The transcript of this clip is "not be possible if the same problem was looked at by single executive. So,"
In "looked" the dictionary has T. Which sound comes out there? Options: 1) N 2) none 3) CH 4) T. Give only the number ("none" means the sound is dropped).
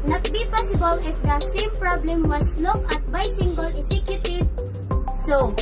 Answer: 2